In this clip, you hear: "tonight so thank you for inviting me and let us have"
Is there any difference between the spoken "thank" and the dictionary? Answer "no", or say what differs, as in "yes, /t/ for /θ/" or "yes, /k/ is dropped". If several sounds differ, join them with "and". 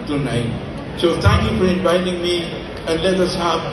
yes, /t/ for /θ/